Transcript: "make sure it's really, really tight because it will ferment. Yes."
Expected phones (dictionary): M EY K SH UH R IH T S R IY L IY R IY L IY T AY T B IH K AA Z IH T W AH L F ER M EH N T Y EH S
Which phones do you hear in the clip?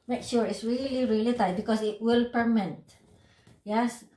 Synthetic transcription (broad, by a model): M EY K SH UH R IH T S R IY L IY R IY L IY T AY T B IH K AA S IH T W AH L P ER M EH T Y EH S